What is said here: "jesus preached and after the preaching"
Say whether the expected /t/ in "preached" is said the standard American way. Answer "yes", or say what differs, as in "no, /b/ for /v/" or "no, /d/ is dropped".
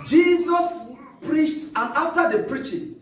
yes